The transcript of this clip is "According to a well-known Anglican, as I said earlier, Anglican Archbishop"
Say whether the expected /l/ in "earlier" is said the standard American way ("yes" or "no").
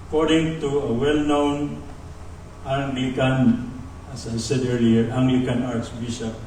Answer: no